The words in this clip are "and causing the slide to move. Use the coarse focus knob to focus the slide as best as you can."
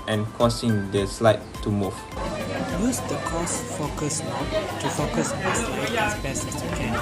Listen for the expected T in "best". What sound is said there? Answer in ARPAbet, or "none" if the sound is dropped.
none